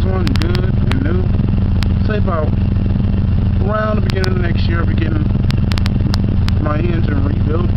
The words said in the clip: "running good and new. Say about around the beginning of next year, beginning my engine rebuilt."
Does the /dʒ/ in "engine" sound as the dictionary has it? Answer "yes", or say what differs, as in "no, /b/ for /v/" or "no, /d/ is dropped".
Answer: no, /z/ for /dʒ/